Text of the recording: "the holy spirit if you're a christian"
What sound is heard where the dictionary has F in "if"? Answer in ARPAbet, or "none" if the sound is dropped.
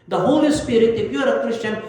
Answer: P